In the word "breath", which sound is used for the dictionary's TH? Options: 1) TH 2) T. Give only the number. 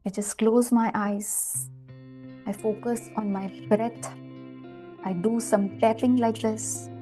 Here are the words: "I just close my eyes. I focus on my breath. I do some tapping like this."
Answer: 2